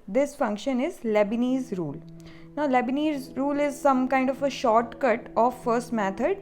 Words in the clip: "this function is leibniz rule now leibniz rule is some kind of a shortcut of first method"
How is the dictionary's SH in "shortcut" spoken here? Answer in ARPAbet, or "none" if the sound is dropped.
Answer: SH